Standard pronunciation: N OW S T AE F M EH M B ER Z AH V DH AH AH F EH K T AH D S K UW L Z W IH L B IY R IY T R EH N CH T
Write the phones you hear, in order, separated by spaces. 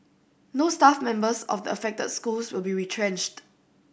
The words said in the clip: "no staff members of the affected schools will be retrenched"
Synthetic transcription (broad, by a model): N OW S T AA F M EH M B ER S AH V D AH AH F EH K T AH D S K UW L S W IH L B IY R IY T R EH N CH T